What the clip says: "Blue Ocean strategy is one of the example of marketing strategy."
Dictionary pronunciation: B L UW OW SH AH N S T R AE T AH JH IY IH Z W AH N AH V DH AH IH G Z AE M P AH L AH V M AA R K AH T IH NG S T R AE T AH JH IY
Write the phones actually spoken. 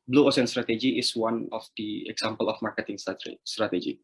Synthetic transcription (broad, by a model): B L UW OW S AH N S T R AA T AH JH IY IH S W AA N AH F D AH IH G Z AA M P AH L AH F M AA R K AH T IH NG S T R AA T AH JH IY